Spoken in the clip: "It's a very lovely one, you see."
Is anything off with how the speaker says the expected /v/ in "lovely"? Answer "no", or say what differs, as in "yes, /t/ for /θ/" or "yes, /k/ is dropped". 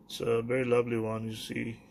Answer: no